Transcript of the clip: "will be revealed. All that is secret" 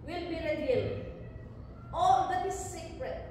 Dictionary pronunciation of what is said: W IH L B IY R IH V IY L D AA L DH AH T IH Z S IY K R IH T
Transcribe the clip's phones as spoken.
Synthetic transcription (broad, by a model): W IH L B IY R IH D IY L AA L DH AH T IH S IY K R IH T